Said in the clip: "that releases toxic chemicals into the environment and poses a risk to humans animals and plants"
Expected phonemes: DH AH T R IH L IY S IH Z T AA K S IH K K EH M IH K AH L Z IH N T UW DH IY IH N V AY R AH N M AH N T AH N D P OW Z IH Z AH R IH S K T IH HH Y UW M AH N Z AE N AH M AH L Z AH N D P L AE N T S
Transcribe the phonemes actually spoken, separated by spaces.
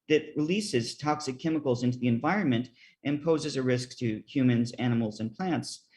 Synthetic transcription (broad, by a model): DH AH T R IH L IY S IH Z T AA K S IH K K EH M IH K L Z IH N T UW DH IY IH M V AY R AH N M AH N T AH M P OW Z IH Z AH R IH S K T IH HH Y UW M AH N Z AE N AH M L Z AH N P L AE N T S